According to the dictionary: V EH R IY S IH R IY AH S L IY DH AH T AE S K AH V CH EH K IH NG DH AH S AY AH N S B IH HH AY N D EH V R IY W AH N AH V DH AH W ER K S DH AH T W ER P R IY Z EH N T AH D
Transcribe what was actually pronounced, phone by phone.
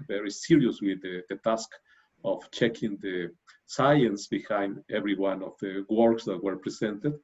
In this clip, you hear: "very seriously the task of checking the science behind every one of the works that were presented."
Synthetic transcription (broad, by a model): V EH R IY S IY R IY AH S W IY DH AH T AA S K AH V CH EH K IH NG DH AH S AY AH N S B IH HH AY N D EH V R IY W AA N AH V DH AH W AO K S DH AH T W ER P R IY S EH N T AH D